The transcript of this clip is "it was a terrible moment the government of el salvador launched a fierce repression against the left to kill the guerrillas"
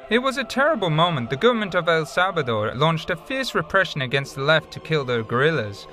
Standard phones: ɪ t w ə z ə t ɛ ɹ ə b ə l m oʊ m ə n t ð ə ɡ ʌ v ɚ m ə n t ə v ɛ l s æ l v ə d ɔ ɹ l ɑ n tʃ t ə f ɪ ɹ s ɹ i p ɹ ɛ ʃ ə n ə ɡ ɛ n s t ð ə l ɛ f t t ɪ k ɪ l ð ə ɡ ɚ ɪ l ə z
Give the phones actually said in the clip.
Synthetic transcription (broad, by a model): ɪ t w ə z ə t ɛ ɹ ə b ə l m oʊ m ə n ð ə ɡ ʌ v ɚ m ə n t ə v ɛ l s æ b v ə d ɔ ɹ l ɑ n tʃ t ə f ɪ ɹ s ɹ i p ɹ ɛ ʃ ə n ə ɡ ɛ n s t ð ə l ɛ f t t ɪ k ɪ l ð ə ɡ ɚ ɪ l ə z